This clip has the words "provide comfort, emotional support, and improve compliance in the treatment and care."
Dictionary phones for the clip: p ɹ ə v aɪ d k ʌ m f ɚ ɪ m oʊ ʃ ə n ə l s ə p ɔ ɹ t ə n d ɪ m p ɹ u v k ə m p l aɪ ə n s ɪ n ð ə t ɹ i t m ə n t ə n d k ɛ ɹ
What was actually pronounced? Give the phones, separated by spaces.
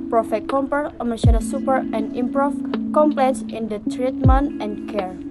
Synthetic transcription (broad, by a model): p ɹ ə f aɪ k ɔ m p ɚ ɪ m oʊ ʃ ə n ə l s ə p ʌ ɹ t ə n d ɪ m p ɹ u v k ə m p l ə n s ɪ n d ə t ɹ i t m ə n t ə n k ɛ ɹ